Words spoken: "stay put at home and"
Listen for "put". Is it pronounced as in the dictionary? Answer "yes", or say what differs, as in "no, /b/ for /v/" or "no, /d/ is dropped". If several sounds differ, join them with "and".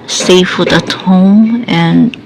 no, /f/ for /p/